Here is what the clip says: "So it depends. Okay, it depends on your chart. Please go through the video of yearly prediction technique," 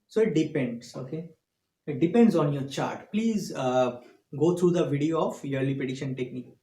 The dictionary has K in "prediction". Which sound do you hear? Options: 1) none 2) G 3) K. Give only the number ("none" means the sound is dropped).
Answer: 1